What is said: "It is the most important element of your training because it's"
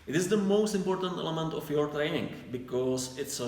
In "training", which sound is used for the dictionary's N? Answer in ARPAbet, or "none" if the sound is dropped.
none